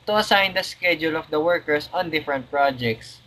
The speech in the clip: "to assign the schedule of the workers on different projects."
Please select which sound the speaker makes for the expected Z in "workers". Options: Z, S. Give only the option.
S